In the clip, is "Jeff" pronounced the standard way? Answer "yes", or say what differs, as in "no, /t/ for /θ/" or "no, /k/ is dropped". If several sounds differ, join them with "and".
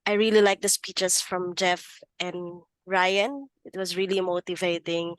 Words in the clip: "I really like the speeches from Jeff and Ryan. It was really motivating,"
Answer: yes